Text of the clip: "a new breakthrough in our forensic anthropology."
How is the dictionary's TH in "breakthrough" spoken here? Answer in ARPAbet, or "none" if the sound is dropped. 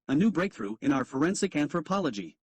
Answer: TH